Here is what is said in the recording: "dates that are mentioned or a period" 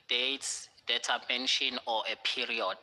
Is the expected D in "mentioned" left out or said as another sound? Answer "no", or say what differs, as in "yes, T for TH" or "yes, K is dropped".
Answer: yes, D is dropped